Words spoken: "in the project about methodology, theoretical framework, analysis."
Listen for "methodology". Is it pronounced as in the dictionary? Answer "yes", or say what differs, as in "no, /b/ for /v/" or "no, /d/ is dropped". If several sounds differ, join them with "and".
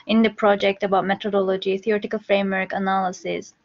no, /t/ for /θ/